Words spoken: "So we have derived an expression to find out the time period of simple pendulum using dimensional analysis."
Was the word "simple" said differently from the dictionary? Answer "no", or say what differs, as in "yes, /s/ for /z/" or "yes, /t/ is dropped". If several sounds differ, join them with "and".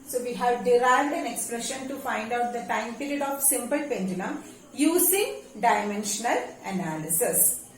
no